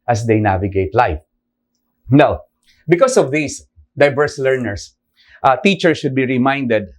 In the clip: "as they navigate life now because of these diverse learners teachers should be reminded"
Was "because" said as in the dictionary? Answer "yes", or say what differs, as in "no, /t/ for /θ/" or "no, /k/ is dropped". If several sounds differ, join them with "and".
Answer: no, /s/ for /z/